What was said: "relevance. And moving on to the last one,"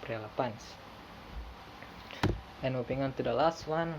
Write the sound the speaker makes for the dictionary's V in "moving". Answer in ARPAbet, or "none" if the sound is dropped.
P